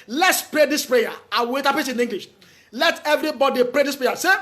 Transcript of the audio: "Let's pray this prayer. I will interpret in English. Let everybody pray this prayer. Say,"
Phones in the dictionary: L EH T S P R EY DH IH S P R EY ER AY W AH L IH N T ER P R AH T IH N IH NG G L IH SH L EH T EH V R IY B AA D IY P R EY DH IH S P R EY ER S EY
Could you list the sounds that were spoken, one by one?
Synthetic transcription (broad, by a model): L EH T S P R EY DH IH S P R EY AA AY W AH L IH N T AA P AH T IH N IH NG G L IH SH L EH T EH V R IY B AA D IY P R EY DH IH S P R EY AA S EY